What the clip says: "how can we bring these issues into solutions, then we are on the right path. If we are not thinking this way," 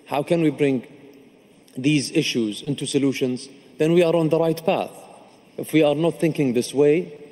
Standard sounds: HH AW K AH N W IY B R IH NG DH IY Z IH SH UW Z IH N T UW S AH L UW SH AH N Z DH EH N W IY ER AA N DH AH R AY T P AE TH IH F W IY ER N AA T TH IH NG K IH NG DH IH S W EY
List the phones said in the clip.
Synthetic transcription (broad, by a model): HH AW K AH N W IY B R IH NG DH IY Z IH SH UW Z IH N T UW S AH L UW SH AH N Z DH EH N W IY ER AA N DH AH R AY T P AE TH IH F W IY ER N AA T TH IH NG K IH NG DH IH S W EY